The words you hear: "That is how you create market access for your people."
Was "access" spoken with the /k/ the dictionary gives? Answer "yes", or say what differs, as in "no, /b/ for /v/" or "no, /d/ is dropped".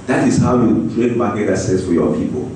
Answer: no, /k/ is dropped